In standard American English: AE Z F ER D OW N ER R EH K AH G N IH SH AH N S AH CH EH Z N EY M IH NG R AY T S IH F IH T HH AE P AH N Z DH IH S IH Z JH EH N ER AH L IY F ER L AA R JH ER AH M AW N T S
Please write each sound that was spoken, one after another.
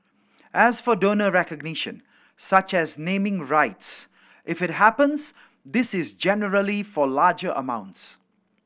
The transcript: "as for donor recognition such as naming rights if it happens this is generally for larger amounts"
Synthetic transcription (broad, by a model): AE Z F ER D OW N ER R EH K AH G N IH SH AH N S AH CH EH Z N EY M IH NG R AY T S IH F IH T HH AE P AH N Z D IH S IH Z JH EH N ER AH L IY F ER L AA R JH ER AH M AW N T S